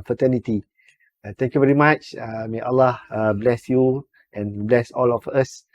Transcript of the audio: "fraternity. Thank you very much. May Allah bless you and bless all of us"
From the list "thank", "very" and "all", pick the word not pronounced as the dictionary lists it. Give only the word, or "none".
thank